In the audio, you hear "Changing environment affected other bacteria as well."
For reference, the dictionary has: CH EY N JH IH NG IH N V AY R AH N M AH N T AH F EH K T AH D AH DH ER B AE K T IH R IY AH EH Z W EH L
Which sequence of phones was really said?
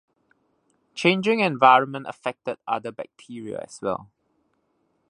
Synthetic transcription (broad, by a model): CH EY N JH IH NG IH N V AY R AH N M AH N T AH F EH K T AH D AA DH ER B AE K T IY R IY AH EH S W EH L